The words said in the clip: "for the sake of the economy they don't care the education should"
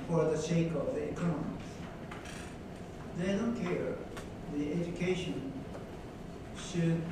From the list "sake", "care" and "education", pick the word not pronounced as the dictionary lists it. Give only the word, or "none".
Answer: sake